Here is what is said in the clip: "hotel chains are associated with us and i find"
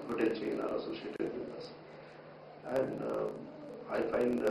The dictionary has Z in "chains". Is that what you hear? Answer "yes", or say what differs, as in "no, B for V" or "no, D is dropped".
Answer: no, Z is dropped